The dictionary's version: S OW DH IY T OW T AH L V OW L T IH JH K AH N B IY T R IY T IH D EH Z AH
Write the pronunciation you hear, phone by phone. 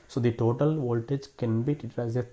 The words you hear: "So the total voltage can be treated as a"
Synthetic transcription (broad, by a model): S OW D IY T OW T AH L V OW L T IH JH K AH N B IY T IY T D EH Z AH